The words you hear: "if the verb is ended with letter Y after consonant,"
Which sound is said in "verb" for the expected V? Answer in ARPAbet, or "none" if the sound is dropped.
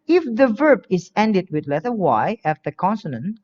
V